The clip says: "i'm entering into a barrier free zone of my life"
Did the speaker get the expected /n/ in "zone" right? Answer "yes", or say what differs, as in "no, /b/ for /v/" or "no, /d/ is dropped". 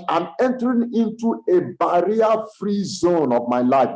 yes